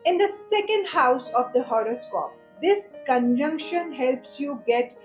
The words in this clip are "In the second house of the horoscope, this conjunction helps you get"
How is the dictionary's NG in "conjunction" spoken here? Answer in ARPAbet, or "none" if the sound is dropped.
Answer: NG